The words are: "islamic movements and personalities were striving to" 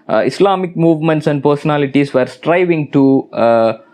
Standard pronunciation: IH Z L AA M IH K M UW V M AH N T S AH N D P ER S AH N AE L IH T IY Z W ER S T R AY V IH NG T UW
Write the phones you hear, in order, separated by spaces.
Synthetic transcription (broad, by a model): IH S L AA M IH K M UW V M AH N T S AH N D P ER S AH N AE L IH T IY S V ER S T R AY V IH NG T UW